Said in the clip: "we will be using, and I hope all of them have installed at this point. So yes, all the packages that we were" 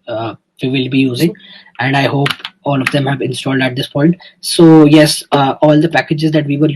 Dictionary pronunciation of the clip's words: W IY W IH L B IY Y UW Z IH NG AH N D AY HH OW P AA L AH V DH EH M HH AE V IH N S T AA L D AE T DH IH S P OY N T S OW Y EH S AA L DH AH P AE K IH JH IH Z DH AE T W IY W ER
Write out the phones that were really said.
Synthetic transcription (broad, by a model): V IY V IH L B IY Y UW Z IH NG AH N D AY HH OW P AA L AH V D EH M HH AE V IH N S T AA L D AE T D IH S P OY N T S OW Y EH S AA L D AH P AE K IH JH IH Z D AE T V IY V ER